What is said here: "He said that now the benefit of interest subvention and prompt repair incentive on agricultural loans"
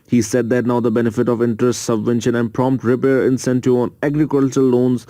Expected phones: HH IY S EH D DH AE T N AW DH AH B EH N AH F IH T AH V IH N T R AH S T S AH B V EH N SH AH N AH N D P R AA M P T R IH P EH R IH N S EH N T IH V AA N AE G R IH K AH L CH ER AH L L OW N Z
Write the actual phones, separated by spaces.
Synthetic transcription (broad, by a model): HH IY S EH D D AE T N AW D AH B EH N AH F IH T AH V IH N T R AH S T S AH B V EH N SH AH N AH N D P R AA M P T R IH P EH R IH N S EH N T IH AA N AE G R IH K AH L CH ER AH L L OW N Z